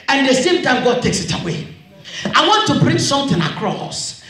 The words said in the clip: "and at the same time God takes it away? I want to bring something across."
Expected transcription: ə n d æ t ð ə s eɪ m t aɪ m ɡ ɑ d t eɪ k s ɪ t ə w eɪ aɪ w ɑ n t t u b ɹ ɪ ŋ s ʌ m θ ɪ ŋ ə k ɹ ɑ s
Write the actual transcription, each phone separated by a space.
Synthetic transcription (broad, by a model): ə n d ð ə s eɪ m t aɪ m ɡ ɑ d t eɪ k s ɪ t ə w eɪ aɪ w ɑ n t t u b ɹ ɪ ŋ s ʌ m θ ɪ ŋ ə k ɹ ɑ s